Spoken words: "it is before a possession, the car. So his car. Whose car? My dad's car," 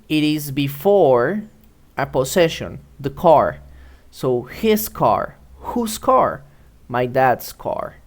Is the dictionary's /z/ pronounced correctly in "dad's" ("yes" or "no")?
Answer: no